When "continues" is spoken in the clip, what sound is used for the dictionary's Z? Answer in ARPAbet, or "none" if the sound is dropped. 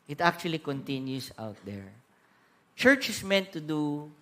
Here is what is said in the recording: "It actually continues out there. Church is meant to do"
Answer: S